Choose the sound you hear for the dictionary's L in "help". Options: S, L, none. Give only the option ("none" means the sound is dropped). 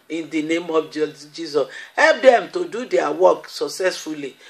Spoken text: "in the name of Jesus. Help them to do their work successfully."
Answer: L